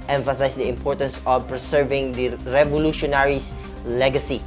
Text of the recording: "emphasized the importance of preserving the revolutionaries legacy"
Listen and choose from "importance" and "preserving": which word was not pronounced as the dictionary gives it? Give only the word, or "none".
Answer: preserving